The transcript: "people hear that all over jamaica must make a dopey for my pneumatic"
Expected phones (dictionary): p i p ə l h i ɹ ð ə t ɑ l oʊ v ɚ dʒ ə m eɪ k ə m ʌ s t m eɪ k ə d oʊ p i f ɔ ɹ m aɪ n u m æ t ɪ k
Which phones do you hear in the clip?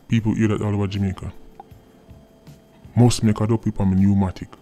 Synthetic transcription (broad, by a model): p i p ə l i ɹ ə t ɑ l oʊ ɚ dʒ ə m eɪ k ə m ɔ s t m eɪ k ə d oʊ p i p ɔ l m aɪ n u m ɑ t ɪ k